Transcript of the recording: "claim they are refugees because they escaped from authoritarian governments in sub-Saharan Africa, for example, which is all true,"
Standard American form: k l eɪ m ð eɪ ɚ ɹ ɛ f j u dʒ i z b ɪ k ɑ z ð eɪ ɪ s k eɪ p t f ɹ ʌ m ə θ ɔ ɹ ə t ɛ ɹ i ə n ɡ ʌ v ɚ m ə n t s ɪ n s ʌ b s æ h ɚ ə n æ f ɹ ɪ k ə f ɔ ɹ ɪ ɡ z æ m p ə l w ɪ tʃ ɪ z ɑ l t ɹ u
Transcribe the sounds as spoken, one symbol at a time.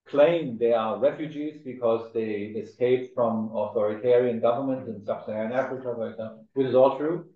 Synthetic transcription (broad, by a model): k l eɪ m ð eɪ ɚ ɹ ɛ f j u dʒ i z b ɪ k ɑ z ð eɪ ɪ s k eɪ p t f ɹ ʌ m ə θ ɔ ɹ ə t ɛ ɹ i ə n ɡ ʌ v ɚ m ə n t ɪ n s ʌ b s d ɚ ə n æ f ɹ ɪ k ə f ɔ ɹ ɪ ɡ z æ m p l w ɪ tʃ ɪ z ɑ l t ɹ u